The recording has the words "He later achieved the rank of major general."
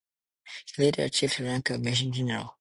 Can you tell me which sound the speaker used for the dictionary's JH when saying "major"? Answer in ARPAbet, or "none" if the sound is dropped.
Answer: SH